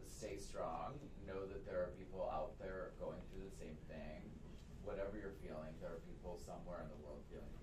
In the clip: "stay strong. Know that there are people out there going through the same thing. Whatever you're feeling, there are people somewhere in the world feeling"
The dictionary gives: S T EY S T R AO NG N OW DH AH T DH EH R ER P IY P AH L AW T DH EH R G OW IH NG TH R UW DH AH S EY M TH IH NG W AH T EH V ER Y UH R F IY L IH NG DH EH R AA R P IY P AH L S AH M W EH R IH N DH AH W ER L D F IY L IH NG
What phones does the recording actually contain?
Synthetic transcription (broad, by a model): S T EY S T R AO NG N OW DH AH T DH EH R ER P IY P L AW T DH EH R G OW IH NG TH R UW DH AH S EY M TH IH NG W AH T EH V ER Y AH R F IY L IH NG DH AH R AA R P IY P L S AH M W EH R IH N DH AH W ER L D F IY L IH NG